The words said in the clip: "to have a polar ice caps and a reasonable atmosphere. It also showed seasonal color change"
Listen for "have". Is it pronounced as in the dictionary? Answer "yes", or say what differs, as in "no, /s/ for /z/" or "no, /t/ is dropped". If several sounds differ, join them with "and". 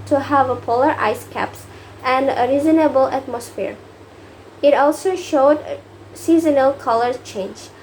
yes